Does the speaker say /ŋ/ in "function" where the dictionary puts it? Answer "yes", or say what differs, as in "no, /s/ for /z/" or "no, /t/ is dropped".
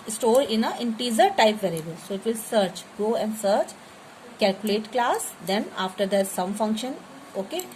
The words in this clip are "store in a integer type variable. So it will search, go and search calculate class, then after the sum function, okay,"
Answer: yes